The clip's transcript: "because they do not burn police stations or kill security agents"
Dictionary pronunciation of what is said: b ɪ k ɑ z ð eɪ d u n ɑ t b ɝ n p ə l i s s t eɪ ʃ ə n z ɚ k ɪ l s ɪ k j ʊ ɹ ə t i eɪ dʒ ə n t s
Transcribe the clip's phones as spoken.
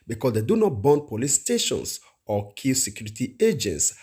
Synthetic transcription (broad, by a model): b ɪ k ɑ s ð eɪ d u n ɑ t b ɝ n p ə l i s s t eɪ ʃ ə n s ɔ k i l s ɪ k j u ɹ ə t i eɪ dʒ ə n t s